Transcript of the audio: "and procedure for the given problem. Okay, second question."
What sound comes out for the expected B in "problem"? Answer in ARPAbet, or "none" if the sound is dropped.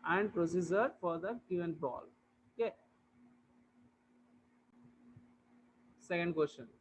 none